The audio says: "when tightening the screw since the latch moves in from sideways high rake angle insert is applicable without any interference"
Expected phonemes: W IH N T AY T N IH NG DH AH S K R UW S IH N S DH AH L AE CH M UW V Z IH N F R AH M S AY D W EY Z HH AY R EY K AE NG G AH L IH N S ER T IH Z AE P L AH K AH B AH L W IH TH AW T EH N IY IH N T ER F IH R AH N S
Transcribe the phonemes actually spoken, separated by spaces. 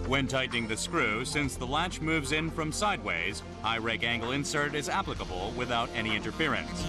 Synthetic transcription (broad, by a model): W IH N T AY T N IH NG DH AH S K R UW S IH N S DH AH L AE CH M UW V Z IH N F R AH M S AY D W EY Z HH AY R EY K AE NG G L IH N S ER T IH Z AE P L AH K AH B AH L W IH TH AW T EH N IY IH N T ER F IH R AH N S